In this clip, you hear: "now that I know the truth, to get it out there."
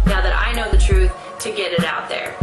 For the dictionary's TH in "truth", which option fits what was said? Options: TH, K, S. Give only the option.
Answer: TH